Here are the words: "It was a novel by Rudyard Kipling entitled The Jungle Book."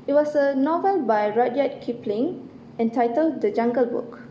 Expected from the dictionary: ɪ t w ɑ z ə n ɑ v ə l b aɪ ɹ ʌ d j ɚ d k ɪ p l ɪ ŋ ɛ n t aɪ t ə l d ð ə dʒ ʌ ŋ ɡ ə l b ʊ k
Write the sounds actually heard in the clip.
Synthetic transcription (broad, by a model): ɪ t w ɑ s ə n ɑ v ə l b aɪ ɹ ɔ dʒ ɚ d k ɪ p l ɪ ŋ ɛ n t aɪ t ə l d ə dʒ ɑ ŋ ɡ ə l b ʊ k